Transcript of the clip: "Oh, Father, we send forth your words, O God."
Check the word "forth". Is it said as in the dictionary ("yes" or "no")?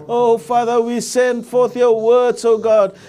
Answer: yes